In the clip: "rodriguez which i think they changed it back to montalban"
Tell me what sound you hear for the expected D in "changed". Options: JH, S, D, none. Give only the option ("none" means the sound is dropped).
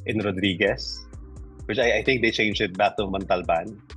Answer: none